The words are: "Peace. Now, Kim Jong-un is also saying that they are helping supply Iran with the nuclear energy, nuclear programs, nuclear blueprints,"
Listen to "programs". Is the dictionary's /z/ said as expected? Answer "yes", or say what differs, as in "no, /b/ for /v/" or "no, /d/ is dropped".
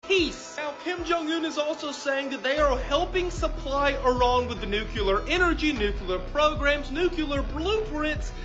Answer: yes